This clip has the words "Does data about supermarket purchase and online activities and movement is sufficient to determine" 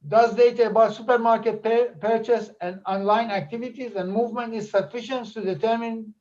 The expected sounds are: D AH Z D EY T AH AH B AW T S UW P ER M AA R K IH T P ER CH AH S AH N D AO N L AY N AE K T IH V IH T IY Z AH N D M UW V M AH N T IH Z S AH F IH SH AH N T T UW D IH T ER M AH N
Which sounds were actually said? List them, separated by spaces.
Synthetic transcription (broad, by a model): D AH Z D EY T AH AH B AW T S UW P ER M AA R K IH T P ER CH AH S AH N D AO N L AY N AE K T IH V IH T IY Z AH N D M UW V M AH N T IH Z S AH F IH SH AH N T T UW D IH T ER M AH N